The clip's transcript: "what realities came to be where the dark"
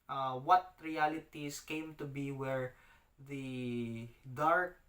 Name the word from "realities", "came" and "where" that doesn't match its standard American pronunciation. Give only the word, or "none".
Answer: realities